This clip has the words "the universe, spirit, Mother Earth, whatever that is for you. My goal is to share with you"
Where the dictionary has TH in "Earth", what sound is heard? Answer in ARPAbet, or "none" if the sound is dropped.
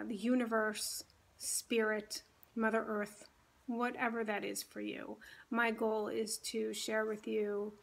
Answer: TH